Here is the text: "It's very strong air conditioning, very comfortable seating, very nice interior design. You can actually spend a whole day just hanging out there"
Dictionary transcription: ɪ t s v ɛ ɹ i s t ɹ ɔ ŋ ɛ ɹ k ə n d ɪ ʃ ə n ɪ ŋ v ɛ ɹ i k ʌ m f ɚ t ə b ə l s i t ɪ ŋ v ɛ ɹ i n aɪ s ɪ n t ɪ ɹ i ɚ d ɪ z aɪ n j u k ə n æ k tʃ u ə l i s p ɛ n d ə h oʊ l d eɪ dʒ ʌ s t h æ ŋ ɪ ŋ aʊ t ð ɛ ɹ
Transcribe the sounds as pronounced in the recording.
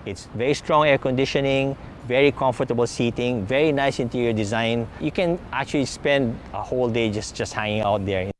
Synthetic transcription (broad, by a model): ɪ t s v ɛ ɹ i s t ɹ ɔ ŋ ɛ ɹ k ə n d ɪ ʃ ə n ɪ ŋ v ɛ ɹ i k ʌ m f ɚ t ə b ə l s i t ɪ ŋ v ɛ ɹ i n aɪ s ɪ n t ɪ ɹ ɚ d ɪ z aɪ n j u k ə n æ k tʃ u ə l i s p ɛ n d ə h oʊ l d eɪ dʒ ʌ s t h æ ŋ ɪ ŋ aʊ t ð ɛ ɹ